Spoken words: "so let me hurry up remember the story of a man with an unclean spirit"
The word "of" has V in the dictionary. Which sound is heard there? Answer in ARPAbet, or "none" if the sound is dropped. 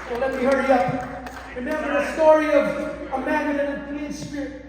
V